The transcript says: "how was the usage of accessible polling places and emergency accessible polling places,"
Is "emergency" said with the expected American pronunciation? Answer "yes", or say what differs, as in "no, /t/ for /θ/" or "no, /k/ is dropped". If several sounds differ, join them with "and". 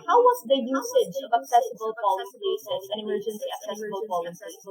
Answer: no, /s/ is dropped